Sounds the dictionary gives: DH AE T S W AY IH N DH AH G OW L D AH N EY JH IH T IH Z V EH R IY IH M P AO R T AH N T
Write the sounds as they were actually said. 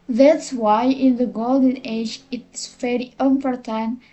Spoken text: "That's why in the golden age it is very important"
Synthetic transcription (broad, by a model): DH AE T S W AY IH N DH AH G OW L D AH N EY JH IH T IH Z V EH R IY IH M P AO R T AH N